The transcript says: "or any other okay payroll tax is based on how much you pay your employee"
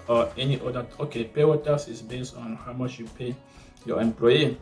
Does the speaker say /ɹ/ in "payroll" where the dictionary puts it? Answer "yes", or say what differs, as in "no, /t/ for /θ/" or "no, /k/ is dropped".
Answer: no, /w/ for /ɹ/